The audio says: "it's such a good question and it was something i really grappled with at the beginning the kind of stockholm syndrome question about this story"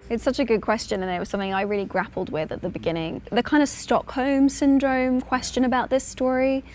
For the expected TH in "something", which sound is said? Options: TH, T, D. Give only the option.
TH